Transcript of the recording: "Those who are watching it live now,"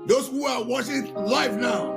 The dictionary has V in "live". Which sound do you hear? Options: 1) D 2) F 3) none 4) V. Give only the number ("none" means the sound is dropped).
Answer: 2